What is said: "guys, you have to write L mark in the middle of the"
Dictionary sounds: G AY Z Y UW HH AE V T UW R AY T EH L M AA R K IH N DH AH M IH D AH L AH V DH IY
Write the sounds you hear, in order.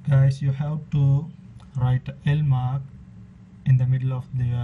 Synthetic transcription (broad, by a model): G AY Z Y UW HH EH P T UW R AY T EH L M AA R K IH N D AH M IH D AH L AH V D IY